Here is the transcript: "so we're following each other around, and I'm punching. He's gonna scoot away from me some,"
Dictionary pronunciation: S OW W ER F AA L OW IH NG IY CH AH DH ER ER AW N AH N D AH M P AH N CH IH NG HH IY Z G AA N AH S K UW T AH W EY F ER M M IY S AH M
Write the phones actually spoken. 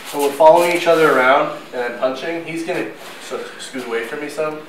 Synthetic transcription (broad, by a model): S OW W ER F AA L OW IH NG IY CH AH DH ER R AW AH N D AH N P AH N CH IH NG HH IY Z G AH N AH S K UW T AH W EY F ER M M IY S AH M